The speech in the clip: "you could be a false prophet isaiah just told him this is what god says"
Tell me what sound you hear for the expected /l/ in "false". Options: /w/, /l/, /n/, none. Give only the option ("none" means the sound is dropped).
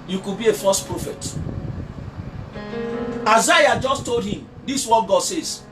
none